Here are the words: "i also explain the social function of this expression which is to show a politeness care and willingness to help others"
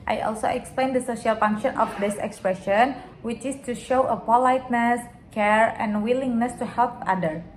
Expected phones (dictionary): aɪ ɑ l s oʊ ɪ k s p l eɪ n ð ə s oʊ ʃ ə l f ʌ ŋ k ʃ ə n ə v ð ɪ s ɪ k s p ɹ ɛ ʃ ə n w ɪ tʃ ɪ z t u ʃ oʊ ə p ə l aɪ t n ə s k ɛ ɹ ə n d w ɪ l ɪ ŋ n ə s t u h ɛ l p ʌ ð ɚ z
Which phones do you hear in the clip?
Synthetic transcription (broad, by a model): aɪ ɑ l s oʊ ɪ k s p l eɪ n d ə s oʊ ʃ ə l f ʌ ŋ k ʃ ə n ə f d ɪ s ɪ k s p ɹ ɛ ʃ ə n w ɪ tʃ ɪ s t u ʃ oʊ ə p ə l aɪ t n ə s k ɛ ɹ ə n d w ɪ l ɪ ŋ n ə s t u h ɛ l p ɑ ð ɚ